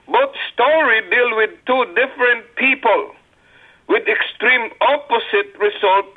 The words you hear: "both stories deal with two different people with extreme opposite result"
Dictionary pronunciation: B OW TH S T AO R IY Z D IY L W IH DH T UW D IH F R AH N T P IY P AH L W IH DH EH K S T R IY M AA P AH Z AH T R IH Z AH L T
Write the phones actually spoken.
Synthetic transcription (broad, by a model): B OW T S T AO R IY D IY L W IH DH T UW D IH F R AH N T P IY P AH L W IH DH EH K S T R IY M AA P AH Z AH T R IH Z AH L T